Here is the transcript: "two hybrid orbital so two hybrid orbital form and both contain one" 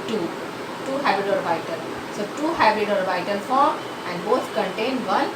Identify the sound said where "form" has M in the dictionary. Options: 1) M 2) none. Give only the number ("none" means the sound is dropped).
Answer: 2